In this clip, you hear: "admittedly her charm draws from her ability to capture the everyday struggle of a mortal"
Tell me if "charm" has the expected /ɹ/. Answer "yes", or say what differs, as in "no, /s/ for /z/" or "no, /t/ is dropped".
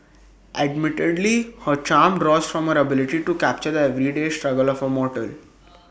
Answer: yes